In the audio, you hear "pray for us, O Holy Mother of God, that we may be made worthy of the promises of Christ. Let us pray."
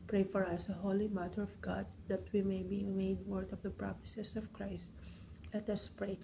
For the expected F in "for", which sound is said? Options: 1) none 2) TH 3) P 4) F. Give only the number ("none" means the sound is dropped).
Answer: 4